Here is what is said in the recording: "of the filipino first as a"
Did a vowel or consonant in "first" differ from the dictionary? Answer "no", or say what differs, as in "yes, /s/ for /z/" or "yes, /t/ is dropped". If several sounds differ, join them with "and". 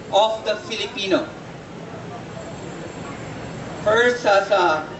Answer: yes, /t/ is dropped